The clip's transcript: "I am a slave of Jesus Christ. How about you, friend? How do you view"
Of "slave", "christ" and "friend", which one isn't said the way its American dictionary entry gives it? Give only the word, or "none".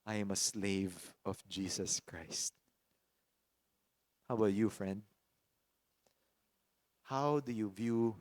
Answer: none